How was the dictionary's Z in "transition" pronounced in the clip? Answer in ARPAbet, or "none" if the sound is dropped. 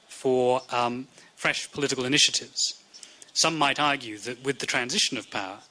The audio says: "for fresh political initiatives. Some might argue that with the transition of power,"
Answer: Z